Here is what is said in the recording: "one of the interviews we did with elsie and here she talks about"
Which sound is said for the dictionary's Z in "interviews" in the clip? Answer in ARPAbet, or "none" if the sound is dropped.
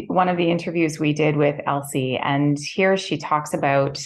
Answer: Z